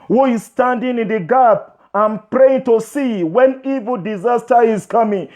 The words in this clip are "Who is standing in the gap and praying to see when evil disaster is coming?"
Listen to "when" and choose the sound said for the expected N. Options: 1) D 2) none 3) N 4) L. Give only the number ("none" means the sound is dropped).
3